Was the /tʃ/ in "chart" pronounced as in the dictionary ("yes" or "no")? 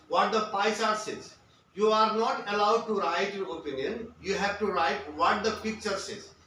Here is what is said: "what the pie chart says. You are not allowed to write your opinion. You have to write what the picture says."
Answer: no